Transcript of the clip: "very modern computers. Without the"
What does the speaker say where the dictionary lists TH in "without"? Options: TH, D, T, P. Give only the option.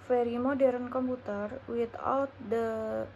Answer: T